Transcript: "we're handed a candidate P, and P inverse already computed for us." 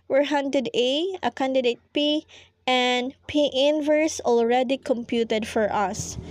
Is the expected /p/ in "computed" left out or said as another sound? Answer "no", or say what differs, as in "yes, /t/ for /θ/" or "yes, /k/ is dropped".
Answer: no